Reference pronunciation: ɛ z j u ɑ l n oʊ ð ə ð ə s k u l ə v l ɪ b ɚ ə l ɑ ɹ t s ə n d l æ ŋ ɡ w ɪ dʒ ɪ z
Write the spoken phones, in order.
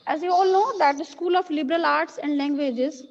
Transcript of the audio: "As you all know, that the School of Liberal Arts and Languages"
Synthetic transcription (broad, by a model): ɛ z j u ɑ l n oʊ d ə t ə s k u l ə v l ɪ b ɚ ə l ɑ ɹ t s ə n d l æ ŋ ɡ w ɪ dʒ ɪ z